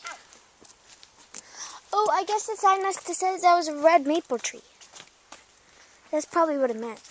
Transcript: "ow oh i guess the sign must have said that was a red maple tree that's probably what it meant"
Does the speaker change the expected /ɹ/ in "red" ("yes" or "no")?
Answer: no